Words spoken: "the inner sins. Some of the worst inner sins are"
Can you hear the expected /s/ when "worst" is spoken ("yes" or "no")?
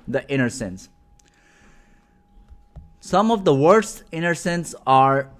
yes